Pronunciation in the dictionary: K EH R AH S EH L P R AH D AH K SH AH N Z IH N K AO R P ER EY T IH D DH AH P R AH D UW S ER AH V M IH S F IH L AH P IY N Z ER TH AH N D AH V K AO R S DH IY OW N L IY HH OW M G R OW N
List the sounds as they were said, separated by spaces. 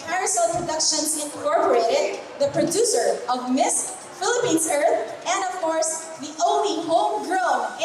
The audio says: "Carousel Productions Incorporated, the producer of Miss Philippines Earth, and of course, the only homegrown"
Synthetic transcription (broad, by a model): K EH R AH S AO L P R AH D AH K SH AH N S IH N K AO R P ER EY T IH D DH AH P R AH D UW S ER AH V M IH S F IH L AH P IY N S ER TH AH N D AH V K AO R S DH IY OW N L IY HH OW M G R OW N